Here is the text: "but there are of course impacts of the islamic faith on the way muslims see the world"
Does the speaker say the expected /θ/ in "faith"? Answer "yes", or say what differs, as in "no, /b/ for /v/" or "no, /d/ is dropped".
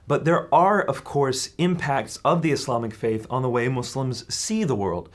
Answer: yes